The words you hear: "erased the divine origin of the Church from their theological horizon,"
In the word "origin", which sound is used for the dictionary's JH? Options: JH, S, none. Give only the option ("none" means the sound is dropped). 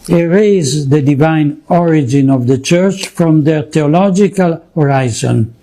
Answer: JH